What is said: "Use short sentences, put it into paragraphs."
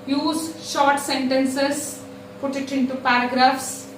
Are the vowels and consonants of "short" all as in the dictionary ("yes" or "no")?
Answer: yes